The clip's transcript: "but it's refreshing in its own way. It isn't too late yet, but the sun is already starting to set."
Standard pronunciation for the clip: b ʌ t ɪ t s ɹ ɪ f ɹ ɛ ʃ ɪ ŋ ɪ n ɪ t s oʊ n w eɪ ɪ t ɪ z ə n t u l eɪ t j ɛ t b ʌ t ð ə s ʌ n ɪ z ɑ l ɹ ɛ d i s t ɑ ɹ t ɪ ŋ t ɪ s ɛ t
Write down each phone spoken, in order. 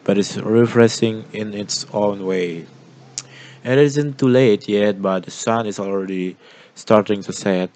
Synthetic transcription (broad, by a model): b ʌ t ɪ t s ɹ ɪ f ɹ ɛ s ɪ ŋ ɪ n ɪ t s oʊ n w eɪ ɪ t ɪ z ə n t u l eɪ t j ɛ t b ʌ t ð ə s ʌ n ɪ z ɑ l ɹ ɛ d i s t ɑ ɹ t ɪ ŋ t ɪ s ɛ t